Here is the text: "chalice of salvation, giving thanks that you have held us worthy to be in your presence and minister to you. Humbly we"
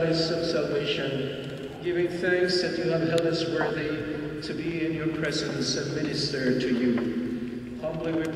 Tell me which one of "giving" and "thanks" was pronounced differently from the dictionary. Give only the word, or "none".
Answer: none